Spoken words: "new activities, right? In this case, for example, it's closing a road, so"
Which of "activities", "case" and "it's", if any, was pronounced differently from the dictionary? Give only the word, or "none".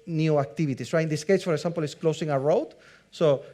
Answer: activities